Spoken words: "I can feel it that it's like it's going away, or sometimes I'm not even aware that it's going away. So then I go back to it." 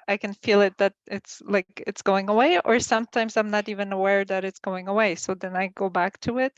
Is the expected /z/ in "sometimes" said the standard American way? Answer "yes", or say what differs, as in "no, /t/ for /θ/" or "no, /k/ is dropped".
yes